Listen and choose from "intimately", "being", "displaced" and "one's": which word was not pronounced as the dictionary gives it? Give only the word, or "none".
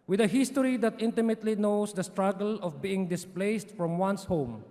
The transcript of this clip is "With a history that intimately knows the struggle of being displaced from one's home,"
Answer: one's